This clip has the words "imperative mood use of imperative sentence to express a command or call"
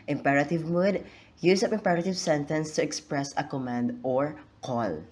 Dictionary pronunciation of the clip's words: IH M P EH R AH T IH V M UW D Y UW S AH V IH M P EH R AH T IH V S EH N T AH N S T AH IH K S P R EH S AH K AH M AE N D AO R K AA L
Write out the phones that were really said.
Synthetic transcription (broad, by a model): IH M P EH R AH T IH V M UW D Y UW S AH P IH M P EH R AH T IH V S EH N T AH N S T AH IH K S P R EH S AH K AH M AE N D AO R K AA L